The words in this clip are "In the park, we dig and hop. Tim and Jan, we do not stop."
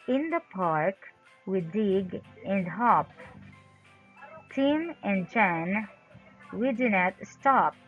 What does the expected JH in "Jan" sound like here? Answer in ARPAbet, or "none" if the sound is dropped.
CH